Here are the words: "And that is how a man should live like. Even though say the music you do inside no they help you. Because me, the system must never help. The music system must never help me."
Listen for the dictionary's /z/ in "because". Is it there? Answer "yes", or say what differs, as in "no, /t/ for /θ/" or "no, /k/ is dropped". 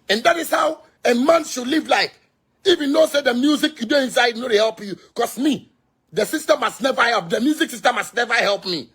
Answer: no, /s/ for /z/